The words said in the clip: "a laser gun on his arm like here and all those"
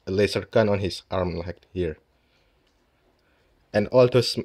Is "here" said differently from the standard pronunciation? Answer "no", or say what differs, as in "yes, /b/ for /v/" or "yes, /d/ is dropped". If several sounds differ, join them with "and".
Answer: no